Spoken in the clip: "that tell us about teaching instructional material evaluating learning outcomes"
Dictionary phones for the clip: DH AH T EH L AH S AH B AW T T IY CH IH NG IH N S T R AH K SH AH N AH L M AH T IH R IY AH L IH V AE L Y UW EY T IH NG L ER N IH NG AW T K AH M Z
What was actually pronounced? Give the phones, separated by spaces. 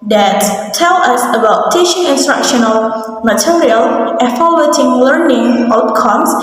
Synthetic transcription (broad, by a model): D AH T EH L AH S AH B AW T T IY SH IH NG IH N S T R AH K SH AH N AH L M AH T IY R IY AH L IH F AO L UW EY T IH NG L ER N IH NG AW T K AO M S